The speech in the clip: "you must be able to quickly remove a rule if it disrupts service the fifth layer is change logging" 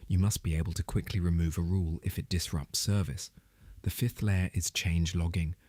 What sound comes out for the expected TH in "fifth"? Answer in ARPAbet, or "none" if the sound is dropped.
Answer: TH